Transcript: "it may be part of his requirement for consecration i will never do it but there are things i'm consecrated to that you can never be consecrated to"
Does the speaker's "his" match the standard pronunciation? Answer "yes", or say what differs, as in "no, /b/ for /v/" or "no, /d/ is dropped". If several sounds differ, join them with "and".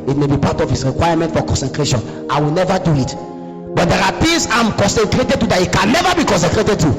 no, /s/ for /z/